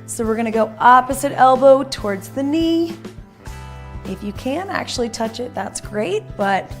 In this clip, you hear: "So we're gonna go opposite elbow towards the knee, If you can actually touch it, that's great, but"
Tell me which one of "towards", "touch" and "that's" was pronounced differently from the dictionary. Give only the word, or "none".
none